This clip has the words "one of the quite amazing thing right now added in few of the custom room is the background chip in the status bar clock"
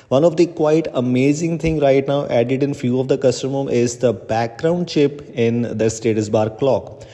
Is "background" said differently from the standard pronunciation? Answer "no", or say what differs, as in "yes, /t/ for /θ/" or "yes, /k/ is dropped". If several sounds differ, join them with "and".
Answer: no